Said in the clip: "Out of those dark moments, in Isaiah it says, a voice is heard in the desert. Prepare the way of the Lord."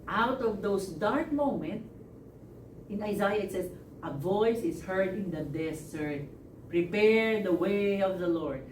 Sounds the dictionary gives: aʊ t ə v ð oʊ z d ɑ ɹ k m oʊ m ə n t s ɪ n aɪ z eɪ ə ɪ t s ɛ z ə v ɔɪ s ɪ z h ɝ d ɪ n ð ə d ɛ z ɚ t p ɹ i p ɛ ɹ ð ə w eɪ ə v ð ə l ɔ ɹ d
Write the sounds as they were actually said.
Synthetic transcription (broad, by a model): aʊ t ə v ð oʊ s d ɑ ɹ k m oʊ m ə n t s ɪ n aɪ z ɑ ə ɪ t s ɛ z ə v ɔɪ s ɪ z h ɝ d ɪ n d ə d ɛ s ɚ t p ɹ i p ɛ ɹ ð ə w eɪ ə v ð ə l ɔ ɹ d